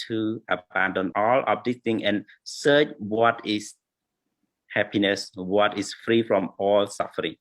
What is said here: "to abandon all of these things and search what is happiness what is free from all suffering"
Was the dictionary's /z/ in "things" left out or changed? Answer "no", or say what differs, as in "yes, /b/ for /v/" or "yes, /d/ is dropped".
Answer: yes, /z/ is dropped